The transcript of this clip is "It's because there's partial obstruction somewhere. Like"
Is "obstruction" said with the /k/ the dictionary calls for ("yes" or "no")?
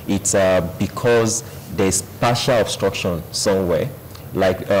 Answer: yes